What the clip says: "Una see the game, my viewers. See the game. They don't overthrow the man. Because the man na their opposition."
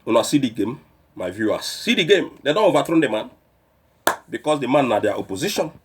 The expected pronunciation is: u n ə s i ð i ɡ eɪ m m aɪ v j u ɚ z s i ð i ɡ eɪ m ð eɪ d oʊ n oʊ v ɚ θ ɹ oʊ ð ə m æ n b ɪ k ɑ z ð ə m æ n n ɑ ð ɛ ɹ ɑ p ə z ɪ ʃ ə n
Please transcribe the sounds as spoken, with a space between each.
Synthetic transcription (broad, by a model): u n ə s i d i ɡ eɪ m m aɪ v j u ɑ s i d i ɡ eɪ m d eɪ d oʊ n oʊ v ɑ t ɹ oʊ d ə m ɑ n b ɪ k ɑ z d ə m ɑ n n ɑ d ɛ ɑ p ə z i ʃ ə n